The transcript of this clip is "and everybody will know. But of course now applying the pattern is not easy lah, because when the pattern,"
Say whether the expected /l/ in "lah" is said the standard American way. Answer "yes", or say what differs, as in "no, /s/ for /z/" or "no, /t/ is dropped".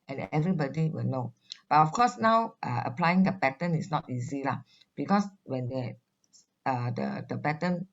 yes